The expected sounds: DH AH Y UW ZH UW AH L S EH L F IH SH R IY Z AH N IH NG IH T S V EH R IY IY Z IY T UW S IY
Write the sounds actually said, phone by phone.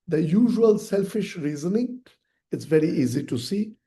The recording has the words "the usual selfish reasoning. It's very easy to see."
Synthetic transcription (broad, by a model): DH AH Y UW ZH UW AH L S EH L F IH SH R IY Z AH N IH NG IH T S V EH R IY IY Z IY T UW S IY